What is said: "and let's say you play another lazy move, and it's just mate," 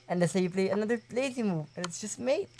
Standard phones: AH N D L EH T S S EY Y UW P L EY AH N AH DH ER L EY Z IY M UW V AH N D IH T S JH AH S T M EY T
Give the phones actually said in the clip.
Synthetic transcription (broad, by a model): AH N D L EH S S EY Y UW P L EY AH N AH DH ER L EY S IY M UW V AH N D IH T S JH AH S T M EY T